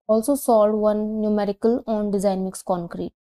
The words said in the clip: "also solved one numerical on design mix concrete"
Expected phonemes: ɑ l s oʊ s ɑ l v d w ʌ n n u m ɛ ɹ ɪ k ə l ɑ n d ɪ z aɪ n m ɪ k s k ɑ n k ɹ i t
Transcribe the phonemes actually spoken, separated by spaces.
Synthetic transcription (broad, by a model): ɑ l s oʊ s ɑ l d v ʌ n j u m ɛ ɹ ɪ k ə l ɑ n d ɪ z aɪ n m ɪ k s k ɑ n k ɹ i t